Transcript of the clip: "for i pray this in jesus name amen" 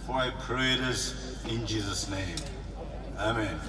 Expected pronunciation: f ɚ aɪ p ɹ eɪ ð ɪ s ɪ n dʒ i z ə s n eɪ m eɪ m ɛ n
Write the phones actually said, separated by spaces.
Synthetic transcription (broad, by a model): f aɪ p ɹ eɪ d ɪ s ɪ n dʒ i z ə s n eɪ m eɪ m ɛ n